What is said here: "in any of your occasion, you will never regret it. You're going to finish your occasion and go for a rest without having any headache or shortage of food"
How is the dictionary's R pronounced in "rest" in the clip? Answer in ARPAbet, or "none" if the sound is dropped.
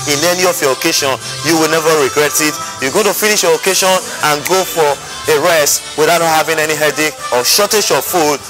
R